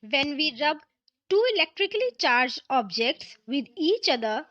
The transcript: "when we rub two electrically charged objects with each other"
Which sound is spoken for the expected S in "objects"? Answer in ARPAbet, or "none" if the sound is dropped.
S